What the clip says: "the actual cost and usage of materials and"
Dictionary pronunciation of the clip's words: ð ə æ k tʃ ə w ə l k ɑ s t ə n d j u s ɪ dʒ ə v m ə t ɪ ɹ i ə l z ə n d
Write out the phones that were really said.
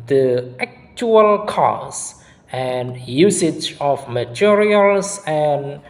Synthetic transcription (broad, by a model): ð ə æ k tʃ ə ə l k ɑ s ə n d j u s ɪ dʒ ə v m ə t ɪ ɹ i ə l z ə n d